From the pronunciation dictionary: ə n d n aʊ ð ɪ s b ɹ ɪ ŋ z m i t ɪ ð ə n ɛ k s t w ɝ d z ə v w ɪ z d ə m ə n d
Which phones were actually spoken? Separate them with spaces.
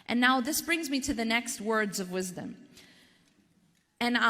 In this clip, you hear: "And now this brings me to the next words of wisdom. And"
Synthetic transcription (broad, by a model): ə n n aʊ ð ɪ s b ɹ ɪ ŋ z m i t ɪ ð ə n ɛ k s t w ɝ d z ə v w ɪ z d ə m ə n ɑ